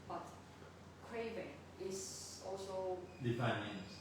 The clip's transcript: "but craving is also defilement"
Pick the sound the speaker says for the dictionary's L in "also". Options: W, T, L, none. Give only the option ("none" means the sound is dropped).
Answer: L